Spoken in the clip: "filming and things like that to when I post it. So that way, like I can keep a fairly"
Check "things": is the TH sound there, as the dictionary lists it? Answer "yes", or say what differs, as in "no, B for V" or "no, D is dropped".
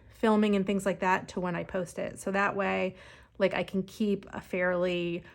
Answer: yes